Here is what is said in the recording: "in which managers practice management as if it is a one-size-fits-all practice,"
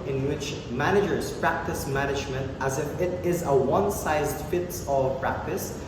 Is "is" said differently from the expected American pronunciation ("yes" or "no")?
no